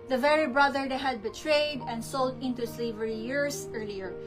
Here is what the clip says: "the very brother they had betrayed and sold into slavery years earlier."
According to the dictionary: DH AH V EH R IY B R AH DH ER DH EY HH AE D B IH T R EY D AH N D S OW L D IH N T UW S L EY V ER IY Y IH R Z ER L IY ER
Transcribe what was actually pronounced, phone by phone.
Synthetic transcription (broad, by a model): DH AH V EH R IY B R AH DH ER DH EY HH AE D B IH T R EY D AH N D S OW L D IH N T UW S L EY V ER IY Y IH R S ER L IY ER